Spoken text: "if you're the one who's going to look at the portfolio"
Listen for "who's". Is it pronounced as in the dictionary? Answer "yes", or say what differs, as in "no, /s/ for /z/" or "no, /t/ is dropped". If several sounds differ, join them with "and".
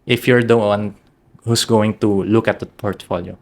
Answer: no, /s/ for /z/